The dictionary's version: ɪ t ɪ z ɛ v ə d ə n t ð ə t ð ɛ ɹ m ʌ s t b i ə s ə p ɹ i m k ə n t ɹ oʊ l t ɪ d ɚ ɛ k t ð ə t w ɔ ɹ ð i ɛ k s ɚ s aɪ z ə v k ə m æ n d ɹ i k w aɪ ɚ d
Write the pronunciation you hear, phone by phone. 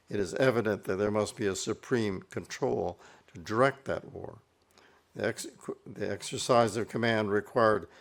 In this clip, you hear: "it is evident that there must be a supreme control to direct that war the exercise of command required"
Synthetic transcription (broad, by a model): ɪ t ɪ z ɛ v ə d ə n ð ə t ð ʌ ɹ m ʌ s t b i ə s ə p ɹ i m k ə n t ɹ oʊ l t ɪ d ɚ ɛ k t ð ə t w ɔ ɹ ð i ɛ k s ɚ s aɪ z ə v k ə m æ n d ɹ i k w aɪ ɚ d